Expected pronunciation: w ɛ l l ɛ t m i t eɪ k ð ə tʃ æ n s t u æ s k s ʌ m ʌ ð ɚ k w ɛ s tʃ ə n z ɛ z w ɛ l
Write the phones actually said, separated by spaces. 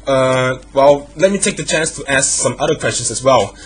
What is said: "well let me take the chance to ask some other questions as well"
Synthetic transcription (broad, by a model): w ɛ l l ɛ t m i t eɪ k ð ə tʃ æ n s t u æ s k s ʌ m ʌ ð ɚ k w ɛ s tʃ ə n s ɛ s w ɛ l